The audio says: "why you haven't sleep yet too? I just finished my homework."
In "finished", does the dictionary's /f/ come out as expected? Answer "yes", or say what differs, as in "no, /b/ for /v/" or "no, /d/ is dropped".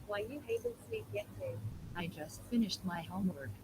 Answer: yes